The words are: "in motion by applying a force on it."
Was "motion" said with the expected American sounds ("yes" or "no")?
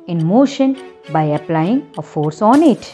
yes